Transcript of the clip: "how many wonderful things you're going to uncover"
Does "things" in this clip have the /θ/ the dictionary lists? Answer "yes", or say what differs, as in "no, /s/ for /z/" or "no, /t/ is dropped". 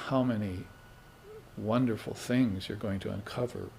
yes